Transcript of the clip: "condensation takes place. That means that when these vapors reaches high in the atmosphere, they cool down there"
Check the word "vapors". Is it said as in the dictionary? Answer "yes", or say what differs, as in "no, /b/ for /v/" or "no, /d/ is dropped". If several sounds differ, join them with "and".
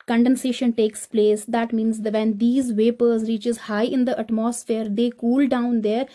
yes